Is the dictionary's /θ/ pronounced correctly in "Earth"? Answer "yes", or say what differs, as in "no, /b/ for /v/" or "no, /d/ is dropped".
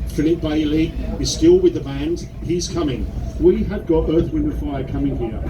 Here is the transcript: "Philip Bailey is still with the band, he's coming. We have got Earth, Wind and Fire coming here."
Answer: yes